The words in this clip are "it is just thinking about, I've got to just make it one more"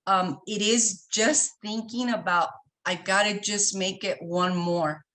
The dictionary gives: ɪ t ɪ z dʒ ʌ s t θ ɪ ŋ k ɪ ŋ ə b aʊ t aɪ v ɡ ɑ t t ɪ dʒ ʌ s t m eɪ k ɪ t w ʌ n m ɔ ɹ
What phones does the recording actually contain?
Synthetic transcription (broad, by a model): ɪ t ɪ z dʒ ʌ s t θ ɪ ŋ k ɪ ŋ ə b aʊ t aɪ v ɡ ɑ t t ɪ dʒ ʌ s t m eɪ k ɪ t w ʌ n m ɔ ɹ